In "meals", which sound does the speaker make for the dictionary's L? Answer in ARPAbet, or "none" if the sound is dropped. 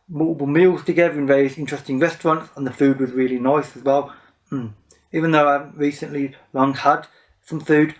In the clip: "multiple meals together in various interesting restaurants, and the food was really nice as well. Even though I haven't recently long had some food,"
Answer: L